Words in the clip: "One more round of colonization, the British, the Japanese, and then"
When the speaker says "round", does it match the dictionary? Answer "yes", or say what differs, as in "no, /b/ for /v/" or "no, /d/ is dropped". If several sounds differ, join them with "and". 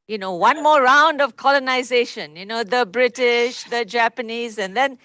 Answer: yes